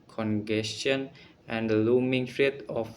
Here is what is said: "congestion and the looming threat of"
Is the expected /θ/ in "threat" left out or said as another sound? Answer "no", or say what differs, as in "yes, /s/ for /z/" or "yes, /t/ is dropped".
yes, /f/ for /θ/